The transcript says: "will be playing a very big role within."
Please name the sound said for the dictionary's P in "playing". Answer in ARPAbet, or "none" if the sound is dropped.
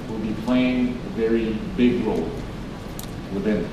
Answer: P